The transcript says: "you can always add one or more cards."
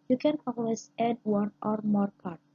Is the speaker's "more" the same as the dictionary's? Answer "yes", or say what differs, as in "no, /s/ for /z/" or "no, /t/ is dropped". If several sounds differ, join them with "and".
yes